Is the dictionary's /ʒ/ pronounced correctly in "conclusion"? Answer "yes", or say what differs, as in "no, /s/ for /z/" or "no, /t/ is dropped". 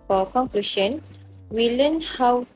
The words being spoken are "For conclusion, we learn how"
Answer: no, /ʃ/ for /ʒ/